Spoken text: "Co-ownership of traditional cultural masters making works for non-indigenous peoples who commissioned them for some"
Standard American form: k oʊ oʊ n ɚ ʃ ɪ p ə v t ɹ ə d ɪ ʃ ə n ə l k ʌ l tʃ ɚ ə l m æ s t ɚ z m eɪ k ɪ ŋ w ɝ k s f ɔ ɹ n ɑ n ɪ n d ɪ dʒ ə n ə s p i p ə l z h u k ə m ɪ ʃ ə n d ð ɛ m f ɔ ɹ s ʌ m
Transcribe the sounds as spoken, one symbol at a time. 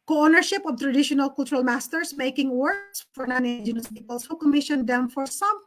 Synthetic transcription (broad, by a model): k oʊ oʊ n ɚ ʃ ɪ p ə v t ɹ ə d ɪ ʃ ə n ə l k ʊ l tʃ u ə l m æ s t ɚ s m eɪ k ɪ ŋ w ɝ s f ɔ ɹ n ɑ n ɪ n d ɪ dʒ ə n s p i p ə l s h u k ə m ɪ ʃ ə n d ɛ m f ɔ ɹ s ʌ m